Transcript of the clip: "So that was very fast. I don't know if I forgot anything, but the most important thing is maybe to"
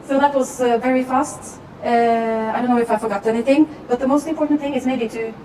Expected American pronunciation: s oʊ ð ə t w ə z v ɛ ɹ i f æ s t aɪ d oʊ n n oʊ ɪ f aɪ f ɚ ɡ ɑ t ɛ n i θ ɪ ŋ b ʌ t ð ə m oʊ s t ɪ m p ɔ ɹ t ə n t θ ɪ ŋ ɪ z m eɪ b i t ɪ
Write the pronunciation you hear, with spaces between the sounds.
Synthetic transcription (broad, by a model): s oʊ ð ə t w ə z v ɛ ɹ i f æ s t aɪ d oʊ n n oʊ ɪ f aɪ f ɚ ɡ ɑ t ɛ n i θ ɪ ŋ b ʌ t ð ə m oʊ s t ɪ m p ɔ ɹ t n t θ ɪ ŋ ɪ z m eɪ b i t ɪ